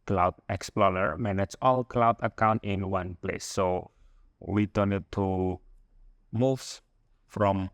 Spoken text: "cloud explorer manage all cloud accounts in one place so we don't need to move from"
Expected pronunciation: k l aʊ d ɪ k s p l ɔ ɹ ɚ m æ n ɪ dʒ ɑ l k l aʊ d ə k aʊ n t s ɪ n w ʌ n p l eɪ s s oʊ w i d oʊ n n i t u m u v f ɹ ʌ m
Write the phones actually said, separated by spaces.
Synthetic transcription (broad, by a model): k l aʊ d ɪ k s p l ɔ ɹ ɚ m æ n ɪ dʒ ɑ l k l aʊ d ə k aʊ n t ɪ n w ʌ n p l eɪ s s oʊ w i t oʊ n n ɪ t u m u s f ɹ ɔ m